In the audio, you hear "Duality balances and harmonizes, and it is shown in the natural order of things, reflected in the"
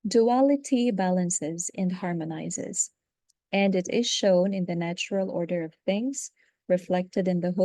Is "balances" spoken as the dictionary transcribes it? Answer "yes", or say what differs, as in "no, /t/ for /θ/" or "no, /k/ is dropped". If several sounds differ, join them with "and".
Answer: yes